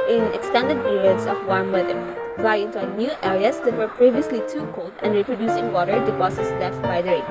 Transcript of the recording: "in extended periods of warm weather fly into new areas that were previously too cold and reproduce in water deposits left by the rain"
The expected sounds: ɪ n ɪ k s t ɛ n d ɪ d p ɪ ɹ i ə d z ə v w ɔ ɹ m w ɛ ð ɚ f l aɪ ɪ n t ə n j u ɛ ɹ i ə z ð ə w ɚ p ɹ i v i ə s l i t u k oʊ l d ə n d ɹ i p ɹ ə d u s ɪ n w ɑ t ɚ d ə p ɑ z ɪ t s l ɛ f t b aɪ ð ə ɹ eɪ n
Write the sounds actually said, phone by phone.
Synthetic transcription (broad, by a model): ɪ n ɪ k s t ɛ n d ɪ d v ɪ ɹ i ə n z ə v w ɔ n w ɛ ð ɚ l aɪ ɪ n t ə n j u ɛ ɹ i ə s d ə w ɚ p ɹ i v i ə s l i t u k oʊ l d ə n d ɹ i p ɹ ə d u s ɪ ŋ w ɑ t ɚ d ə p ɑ s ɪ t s l ɛ f t b aɪ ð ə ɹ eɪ